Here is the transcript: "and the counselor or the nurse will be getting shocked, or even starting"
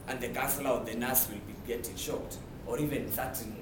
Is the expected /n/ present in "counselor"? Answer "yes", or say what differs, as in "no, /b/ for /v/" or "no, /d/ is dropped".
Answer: no, /n/ is dropped